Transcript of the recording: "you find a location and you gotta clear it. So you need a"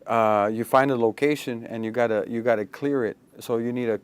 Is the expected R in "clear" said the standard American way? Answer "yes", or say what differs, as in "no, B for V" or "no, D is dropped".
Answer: yes